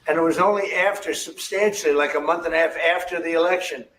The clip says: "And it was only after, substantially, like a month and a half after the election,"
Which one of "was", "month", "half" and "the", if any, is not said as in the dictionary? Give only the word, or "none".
none